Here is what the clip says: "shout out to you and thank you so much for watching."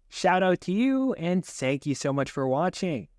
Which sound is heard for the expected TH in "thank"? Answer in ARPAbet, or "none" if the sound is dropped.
TH